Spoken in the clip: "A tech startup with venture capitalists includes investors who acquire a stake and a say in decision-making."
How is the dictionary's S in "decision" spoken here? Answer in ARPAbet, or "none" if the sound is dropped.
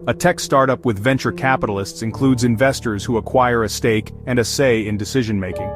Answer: S